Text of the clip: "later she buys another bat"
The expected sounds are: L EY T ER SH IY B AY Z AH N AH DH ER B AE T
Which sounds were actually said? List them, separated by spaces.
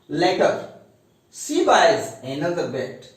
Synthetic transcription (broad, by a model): L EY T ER S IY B AY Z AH N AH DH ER B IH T